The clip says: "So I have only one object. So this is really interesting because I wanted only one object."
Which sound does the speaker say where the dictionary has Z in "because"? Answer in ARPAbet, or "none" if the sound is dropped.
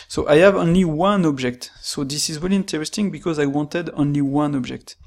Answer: Z